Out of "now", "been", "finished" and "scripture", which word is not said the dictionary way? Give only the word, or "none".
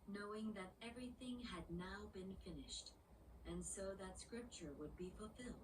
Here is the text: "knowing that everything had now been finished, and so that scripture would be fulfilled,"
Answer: none